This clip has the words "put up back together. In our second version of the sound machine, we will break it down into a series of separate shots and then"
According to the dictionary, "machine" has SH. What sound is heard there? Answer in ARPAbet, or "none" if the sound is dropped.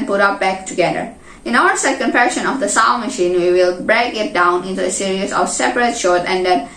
SH